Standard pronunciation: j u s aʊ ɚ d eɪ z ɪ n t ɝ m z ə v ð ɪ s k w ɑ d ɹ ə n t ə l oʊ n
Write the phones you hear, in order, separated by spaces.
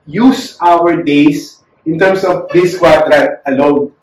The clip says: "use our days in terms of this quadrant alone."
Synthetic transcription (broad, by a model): j u s aʊ ɚ d eɪ s ɪ n t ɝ m s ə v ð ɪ s k w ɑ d ɹ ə t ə l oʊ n